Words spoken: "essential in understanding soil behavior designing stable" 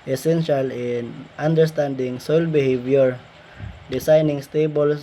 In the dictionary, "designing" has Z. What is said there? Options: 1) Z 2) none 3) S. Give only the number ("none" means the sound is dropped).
3